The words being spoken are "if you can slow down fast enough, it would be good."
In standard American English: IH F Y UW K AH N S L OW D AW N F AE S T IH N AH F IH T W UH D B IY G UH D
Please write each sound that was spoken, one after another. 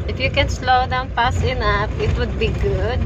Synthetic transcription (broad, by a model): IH F Y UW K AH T S L OW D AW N P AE S IH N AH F IH T W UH D B IY G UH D